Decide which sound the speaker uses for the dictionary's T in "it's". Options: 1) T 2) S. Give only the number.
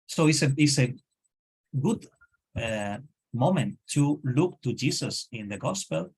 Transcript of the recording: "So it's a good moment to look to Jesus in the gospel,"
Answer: 2